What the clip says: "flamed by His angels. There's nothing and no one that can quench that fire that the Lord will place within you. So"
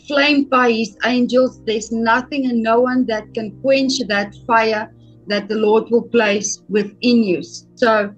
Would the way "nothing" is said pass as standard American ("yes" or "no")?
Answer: yes